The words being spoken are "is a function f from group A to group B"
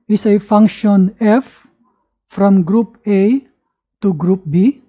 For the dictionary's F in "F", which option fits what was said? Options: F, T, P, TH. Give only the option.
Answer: F